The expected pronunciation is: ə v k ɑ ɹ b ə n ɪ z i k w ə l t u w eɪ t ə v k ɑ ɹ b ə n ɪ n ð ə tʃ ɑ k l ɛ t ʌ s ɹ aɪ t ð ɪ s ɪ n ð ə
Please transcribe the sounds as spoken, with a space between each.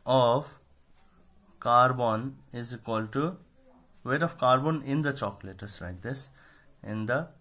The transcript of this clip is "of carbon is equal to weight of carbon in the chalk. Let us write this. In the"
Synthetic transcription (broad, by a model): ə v k ɑ ɹ b ə n ɪ z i k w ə l t u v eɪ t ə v k ɑ ɹ b ə n ɪ n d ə tʃ ɑ k l ɛ t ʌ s l aɪ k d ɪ s ɪ n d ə